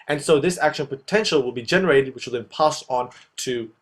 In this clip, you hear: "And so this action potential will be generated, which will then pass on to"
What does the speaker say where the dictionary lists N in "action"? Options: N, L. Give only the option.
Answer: N